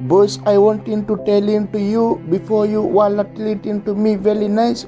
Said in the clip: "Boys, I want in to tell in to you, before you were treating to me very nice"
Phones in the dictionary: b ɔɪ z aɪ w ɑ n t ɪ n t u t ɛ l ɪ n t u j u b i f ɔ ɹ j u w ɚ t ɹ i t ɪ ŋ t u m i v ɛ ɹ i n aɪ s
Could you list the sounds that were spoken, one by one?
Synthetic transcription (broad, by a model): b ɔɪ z aɪ w ɑ n t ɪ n t u t ɛ l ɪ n t u j u b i f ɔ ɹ j u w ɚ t l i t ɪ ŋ t u m i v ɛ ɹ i n aɪ s